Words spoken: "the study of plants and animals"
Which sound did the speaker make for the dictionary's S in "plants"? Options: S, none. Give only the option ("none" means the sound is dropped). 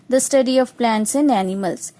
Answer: S